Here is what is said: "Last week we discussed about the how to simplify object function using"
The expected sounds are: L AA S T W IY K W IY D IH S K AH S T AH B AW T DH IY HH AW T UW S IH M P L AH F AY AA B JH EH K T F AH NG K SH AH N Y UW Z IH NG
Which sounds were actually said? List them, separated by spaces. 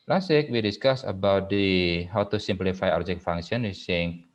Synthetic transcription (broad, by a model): L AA S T W IY K W IY D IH S K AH S AH B AW T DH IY HH AW T UW S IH M P L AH F AY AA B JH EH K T F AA NG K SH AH N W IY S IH NG